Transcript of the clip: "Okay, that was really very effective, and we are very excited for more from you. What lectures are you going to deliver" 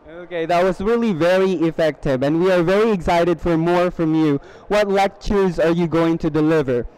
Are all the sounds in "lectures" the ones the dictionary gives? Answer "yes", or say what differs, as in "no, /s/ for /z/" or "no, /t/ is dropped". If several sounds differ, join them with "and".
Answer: yes